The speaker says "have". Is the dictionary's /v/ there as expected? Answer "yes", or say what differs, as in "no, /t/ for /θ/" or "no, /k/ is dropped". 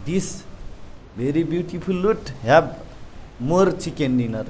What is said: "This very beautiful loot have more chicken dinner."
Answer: no, /b/ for /v/